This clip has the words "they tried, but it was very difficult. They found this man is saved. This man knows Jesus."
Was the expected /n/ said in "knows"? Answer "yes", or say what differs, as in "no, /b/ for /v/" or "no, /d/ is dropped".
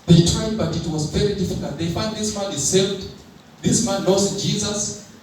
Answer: no, /l/ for /n/